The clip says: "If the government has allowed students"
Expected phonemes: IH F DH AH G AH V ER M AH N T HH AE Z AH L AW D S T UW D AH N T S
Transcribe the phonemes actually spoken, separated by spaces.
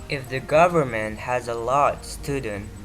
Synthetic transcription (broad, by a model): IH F DH AH G AH V ER M AH N T HH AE Z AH L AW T S T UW D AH N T